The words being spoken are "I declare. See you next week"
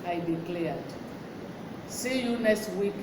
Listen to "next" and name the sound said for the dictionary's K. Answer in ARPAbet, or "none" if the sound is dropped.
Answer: none